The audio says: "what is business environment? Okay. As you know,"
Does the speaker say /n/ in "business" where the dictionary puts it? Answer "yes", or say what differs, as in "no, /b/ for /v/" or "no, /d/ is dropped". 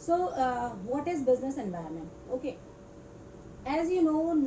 yes